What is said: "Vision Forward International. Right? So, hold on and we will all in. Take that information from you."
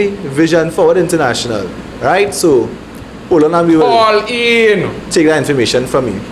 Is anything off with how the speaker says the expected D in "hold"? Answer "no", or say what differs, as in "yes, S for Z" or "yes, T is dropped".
yes, D is dropped